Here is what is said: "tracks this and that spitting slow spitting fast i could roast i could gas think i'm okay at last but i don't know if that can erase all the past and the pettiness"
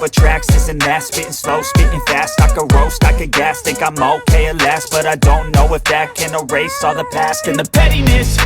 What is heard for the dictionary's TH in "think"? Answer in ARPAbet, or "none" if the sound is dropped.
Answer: T